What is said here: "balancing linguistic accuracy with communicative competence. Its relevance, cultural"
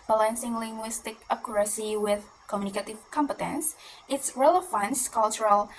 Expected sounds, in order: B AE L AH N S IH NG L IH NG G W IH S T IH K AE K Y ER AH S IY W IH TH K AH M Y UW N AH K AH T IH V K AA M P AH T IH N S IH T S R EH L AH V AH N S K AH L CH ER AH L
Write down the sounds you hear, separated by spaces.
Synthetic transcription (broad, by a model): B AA L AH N S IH NG L IH NG G W IH S T IH K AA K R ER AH S IY W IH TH K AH M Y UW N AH K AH T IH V K AA M P AH T IH N S IH T S R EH L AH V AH N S K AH L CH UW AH L